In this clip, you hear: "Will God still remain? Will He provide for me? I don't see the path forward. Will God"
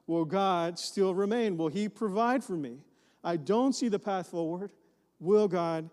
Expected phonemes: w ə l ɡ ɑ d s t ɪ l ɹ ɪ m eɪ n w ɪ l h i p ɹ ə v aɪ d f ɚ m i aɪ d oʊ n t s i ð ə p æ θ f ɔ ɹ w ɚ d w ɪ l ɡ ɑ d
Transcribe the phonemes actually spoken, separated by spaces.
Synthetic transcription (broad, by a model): w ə l ɡ ɑ d s t ɪ l ɹ ɪ m eɪ n w ɪ l i p ɹ ə v aɪ d f ɚ m i aɪ d oʊ n t s i ð ə p æ θ f ɔ ɹ w ɚ d w ɪ l ɡ ɑ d